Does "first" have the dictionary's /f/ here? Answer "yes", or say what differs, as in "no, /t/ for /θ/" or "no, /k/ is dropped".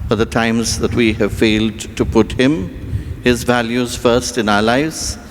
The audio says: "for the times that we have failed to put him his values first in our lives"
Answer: yes